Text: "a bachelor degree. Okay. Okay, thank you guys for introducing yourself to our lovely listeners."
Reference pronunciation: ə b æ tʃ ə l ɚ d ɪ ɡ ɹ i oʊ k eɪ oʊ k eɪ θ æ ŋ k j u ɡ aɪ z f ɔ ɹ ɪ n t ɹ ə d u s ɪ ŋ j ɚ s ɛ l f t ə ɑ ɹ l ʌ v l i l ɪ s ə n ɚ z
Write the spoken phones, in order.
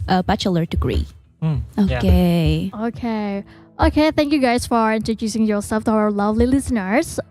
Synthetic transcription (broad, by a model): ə b æ tʃ ə l ɚ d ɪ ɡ ɹ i oʊ k eɪ oʊ k eɪ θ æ ŋ k j u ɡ aɪ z f ɔ ɹ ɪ n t ɹ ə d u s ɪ ŋ j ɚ s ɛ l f t ə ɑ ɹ l ʌ v l i l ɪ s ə n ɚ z